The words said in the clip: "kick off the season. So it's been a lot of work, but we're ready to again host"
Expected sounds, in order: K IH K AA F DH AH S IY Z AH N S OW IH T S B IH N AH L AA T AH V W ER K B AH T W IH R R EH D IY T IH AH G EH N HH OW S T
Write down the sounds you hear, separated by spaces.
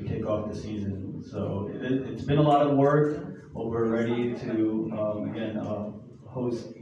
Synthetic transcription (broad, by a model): K IH K AA F DH AH S IY Z AH N S OW IH T S B IH N AH L AA T AH V W ER K B AH T W IH R R EH D IY T IH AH G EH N HH OW S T